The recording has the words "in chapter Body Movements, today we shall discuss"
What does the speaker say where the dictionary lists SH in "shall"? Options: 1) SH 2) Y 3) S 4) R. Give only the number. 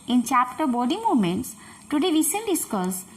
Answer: 3